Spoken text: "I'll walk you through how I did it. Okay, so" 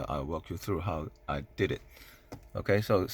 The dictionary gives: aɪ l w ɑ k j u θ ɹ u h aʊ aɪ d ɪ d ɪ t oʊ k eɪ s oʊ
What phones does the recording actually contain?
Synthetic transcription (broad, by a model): aɪ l w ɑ k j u θ ɹ u h aʊ aɪ d ɪ d ɪ t oʊ k eɪ s oʊ